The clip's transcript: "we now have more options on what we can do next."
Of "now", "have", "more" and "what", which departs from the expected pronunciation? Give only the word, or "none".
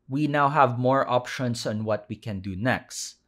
none